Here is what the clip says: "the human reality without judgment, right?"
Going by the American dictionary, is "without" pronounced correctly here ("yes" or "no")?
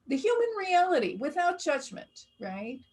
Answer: yes